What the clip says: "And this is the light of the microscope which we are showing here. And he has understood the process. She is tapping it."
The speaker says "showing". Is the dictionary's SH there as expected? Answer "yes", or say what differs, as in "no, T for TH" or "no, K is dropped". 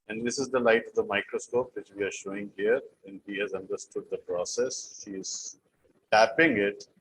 yes